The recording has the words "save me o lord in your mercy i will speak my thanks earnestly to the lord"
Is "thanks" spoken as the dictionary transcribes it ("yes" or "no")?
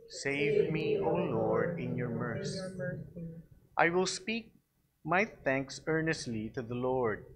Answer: yes